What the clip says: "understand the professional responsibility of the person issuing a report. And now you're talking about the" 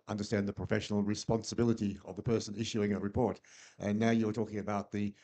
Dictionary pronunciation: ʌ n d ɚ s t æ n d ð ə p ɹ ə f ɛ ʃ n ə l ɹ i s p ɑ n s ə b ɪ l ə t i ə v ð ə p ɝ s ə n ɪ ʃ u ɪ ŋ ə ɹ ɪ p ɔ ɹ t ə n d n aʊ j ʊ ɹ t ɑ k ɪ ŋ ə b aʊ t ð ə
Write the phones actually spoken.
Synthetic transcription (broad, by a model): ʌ n d ɚ s t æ n ð ə p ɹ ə f ɛ ʃ n l ɹ i s p ɑ n s ə b ɪ l ə t i ə v ð ə p ɝ s ə n ɪ ʃ u ɪ ŋ ə ɹ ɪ p ɔ ɹ t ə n n aʊ j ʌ ɹ t ɑ k ɪ ŋ ə b aʊ t ð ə